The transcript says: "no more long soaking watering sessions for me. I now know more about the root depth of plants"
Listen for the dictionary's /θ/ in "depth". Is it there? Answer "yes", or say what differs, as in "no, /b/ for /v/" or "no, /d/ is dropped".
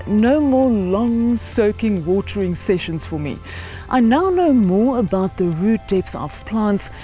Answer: yes